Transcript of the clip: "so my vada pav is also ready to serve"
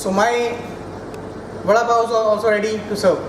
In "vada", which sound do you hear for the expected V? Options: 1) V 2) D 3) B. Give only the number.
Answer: 3